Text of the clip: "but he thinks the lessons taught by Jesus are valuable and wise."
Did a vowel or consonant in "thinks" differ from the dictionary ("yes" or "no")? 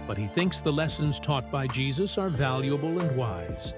no